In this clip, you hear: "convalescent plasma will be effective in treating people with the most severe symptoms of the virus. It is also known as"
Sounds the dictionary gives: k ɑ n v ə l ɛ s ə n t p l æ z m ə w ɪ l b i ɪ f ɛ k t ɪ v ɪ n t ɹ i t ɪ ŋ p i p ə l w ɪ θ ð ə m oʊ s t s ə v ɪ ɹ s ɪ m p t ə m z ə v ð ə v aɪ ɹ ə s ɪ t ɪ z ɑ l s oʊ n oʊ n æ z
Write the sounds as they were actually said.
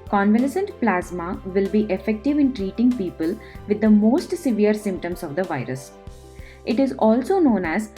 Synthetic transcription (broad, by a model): k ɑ n v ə l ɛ s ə n t p l æ z m ə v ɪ l b i ɪ f ɛ k t ɪ v ɪ n t ɹ i t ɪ ŋ p i p ə l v ɪ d ə m oʊ s t s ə v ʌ ɹ s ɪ m p t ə m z ə v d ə v aɪ ɹ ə s ɪ t ɪ z ɑ l s oʊ n oʊ n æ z